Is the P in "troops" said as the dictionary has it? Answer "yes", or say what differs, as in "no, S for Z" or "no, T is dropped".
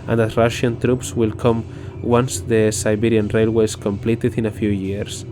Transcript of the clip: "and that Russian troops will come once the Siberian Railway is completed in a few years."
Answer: yes